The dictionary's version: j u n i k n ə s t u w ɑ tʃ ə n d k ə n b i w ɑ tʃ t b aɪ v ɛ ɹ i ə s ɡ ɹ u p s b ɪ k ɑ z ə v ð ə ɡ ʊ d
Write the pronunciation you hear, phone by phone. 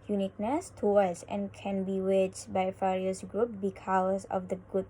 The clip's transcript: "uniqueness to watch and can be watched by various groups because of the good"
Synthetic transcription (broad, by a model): j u n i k n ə s t u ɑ s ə n k ə n b i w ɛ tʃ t b aɪ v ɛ ɹ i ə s ɡ ɹ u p b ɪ k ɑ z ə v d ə ɡ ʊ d